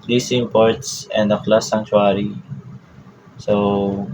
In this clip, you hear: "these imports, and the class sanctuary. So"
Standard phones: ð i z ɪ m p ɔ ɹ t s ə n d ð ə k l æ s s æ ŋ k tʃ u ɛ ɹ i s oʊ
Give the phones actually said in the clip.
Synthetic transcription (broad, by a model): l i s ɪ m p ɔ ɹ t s ə n d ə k l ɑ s s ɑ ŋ tʃ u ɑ ɹ i s oʊ